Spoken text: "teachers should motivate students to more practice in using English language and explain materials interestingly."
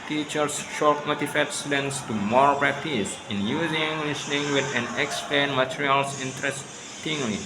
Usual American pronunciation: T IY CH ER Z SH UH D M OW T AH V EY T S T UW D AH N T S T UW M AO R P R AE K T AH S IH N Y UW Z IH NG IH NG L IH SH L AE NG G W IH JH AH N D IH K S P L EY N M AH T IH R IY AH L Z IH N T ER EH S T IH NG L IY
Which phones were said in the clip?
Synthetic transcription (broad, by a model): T IY CH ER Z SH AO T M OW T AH F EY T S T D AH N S T UW M AO R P R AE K T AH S IH N Y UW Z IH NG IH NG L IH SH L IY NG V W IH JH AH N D IH K S P L EY N M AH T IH R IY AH L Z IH N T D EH S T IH NG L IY